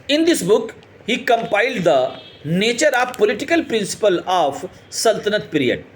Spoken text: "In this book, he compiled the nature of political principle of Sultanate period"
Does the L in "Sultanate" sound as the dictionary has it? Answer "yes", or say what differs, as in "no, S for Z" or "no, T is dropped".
yes